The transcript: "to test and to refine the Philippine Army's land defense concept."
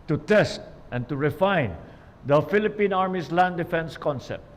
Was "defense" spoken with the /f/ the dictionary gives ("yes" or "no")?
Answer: yes